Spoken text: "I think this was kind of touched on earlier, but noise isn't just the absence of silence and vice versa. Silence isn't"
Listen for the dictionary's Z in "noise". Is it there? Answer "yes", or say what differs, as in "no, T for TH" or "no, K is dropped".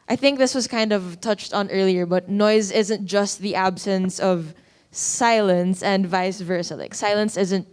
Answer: yes